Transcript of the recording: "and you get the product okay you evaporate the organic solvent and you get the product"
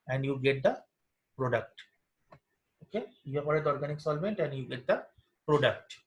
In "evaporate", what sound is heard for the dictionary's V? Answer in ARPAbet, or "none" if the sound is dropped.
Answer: P